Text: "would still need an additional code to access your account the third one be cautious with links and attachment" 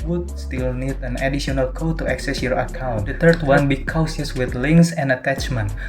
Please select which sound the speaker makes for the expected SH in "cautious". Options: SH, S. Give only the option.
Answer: S